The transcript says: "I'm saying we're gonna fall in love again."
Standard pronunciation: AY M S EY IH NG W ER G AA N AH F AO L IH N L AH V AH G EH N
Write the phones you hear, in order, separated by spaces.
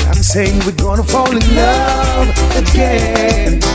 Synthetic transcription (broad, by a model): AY M S EY IH NG W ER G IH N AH F AO L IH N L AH AH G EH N